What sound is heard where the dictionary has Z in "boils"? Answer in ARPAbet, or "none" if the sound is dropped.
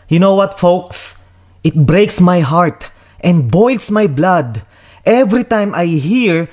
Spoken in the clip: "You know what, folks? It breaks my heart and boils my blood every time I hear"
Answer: S